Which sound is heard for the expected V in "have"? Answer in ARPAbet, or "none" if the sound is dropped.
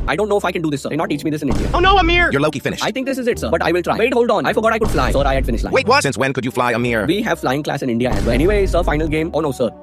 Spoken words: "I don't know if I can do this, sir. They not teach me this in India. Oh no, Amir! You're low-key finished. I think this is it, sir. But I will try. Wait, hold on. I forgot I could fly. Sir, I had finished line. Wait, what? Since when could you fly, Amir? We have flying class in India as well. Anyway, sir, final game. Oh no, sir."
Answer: V